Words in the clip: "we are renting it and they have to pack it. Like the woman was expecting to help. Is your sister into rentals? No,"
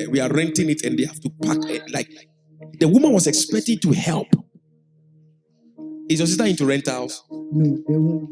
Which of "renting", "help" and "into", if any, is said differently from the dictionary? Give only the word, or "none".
none